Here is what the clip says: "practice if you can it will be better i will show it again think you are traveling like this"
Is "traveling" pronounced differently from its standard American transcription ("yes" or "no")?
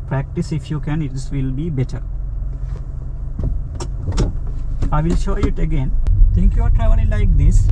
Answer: yes